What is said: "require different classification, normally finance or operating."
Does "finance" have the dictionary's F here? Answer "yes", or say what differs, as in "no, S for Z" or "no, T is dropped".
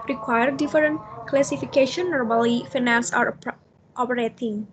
yes